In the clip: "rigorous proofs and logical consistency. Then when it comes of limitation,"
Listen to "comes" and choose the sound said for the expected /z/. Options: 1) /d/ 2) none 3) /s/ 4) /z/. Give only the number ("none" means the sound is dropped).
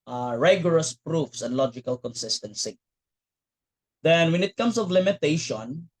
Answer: 3